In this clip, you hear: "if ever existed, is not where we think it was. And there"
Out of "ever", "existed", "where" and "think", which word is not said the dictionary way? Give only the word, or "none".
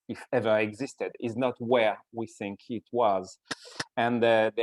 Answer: none